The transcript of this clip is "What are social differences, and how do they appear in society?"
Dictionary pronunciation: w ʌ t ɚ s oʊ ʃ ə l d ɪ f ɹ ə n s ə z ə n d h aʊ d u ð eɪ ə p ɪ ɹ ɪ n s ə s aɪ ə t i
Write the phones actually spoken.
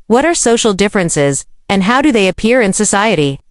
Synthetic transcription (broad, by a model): w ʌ t ɚ s oʊ ʃ l d ɪ f ɹ ə n s ə z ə n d h aʊ d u ð eɪ ə p ɪ ɹ ɪ n s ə s aɪ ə t i